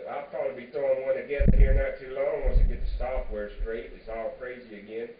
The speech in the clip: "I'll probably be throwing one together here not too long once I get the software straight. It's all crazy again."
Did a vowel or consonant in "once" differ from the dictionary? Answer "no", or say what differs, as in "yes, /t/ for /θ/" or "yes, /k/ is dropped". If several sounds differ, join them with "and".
yes, /n/ is dropped